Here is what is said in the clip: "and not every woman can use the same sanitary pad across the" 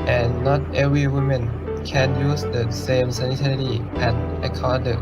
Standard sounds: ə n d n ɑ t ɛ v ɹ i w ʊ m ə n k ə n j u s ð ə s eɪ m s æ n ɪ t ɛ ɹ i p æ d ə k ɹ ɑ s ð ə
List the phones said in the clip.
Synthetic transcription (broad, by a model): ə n n ɑ t ɛ v ɹ i w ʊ m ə n k ə n j u s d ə s eɪ m s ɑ n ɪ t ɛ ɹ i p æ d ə k ɑ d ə